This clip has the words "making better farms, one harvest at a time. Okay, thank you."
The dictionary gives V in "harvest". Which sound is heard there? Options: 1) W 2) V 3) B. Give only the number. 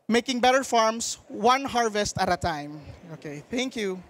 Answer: 2